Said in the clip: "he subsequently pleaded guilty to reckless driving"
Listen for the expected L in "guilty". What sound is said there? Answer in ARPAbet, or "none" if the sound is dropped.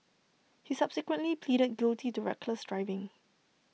L